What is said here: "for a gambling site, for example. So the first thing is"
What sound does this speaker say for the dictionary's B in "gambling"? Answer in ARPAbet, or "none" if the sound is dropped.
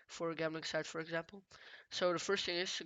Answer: none